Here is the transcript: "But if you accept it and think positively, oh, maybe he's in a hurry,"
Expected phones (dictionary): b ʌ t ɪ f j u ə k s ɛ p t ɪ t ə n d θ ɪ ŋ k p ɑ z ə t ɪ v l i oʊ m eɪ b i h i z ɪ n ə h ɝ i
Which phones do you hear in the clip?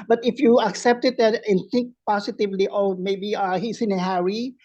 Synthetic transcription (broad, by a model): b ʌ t ɪ f j u ə k s ɛ p t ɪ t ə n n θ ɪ ŋ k p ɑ s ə t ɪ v l i oʊ m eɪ b i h i s ɪ n ə h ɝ i